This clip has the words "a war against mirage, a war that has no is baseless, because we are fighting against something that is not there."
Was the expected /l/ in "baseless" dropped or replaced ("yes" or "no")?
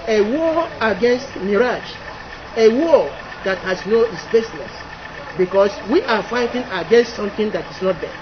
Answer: yes